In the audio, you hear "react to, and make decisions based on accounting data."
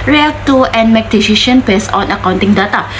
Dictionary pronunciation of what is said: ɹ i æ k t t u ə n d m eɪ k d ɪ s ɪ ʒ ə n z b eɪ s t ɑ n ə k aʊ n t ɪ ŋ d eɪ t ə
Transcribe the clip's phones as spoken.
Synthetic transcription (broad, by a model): ɹ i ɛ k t t u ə n m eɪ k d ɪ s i ʃ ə n b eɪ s ɑ n ə k aʊ n t ɪ ŋ d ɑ t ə